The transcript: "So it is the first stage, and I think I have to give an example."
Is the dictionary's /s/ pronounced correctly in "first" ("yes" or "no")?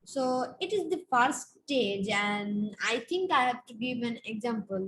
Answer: no